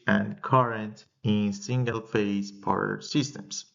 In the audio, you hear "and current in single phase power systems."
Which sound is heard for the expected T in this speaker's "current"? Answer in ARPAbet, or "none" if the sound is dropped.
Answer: T